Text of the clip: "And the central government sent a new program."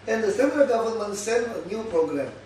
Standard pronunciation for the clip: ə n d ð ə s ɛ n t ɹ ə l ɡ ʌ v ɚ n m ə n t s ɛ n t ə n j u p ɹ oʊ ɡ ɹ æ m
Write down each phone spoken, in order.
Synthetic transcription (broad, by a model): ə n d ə s ɛ n t ɹ ə l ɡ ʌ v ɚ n m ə n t s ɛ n ə n j u p ɹ oʊ ɡ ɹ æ m